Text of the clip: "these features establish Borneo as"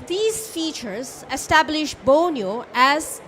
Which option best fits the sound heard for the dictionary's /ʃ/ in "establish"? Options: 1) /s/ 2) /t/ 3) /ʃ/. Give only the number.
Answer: 3